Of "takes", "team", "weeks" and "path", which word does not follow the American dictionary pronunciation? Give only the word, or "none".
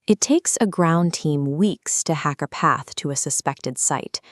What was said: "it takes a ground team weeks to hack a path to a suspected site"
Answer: none